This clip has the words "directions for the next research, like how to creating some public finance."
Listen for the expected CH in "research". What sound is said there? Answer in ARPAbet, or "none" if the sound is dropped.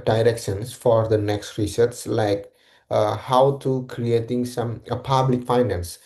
S